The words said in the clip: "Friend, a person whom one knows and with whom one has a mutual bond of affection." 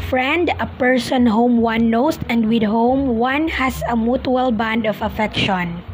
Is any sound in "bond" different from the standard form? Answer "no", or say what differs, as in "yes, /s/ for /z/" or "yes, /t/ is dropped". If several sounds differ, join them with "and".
no